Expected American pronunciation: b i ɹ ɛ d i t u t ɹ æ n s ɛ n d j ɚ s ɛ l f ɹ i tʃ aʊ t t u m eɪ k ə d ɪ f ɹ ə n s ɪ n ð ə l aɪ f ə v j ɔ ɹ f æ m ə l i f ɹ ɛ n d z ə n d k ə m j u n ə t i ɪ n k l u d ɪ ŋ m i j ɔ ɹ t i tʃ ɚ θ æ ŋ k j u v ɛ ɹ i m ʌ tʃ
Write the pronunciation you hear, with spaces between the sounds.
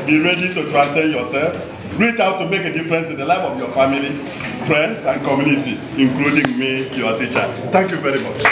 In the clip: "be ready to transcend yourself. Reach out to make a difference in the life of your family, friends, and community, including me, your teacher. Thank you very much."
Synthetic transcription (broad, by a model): b i ɹ ɛ d i t u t ɹ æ n s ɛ n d j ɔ s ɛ l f ɹ i tʃ aʊ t t u m eɪ k ə d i f ɹ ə n s ɪ n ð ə l aɪ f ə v j ɔ f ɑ m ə l i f ɹ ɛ n d s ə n k ə m j u n ə t i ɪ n k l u d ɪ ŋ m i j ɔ t i tʃ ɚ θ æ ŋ k j u v ɛ ɹ i m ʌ tʃ